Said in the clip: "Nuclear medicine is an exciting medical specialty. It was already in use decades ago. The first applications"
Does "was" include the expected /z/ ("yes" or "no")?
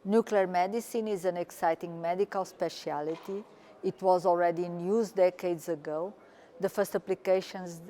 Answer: yes